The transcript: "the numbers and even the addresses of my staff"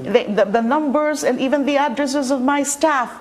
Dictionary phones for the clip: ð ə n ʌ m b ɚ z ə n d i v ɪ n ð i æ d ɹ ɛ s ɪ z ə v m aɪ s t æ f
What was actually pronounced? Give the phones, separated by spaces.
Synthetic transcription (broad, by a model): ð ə n ʌ m b ɚ z ə n d i v ɪ n ð i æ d ɹ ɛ s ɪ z ə v m aɪ s t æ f